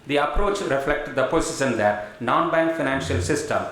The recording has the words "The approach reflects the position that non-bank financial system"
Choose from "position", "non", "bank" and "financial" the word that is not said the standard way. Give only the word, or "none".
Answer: position